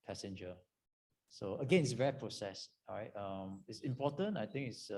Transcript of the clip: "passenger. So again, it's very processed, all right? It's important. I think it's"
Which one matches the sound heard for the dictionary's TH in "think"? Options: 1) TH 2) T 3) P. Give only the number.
2